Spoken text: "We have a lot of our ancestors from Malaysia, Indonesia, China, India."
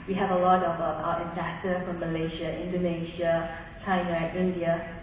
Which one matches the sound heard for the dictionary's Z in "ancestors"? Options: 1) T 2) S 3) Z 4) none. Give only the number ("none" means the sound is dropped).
4